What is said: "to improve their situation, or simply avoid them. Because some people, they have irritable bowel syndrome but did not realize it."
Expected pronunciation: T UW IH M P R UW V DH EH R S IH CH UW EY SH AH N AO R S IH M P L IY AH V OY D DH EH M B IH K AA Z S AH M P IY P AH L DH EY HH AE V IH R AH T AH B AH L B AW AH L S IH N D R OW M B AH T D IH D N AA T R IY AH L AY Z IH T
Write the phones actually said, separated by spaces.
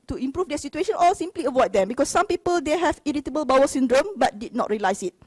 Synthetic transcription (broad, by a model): T UW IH M P R UW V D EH S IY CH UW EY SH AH N AO L S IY M P L IY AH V OY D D EH M B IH K AA S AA M P IY P AH L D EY HH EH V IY R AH T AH B AH L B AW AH S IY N D R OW M B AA T D IH D N AA T R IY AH L AY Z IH T